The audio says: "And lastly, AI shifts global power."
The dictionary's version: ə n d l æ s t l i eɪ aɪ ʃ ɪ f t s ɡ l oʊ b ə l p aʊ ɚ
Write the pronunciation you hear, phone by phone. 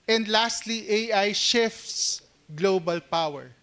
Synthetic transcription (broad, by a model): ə n d l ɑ s t l i eɪ aɪ ʃ ɪ f t s ɡ l oʊ b ə l p aʊ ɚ